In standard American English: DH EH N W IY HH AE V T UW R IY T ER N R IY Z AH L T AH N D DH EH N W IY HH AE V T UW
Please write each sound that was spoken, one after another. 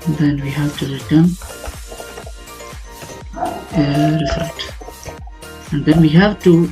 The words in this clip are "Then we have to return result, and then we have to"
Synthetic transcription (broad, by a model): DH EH N W IY HH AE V T UW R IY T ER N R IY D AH T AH N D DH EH N W IY HH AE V T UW